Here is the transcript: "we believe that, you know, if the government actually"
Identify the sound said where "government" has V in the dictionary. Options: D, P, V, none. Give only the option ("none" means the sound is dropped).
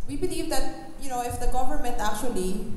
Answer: P